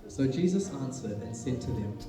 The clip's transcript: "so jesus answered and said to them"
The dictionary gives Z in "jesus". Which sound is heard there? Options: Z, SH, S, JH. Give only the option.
Z